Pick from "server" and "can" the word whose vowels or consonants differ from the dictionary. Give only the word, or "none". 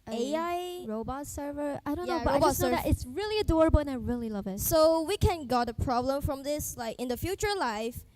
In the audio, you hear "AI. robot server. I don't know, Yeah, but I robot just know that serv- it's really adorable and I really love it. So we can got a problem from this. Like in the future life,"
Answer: none